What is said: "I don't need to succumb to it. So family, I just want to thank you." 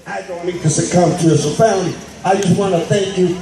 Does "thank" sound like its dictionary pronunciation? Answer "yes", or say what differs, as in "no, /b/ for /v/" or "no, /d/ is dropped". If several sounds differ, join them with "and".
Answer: yes